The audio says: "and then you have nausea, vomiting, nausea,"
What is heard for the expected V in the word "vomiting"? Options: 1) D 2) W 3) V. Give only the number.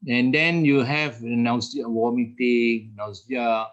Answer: 2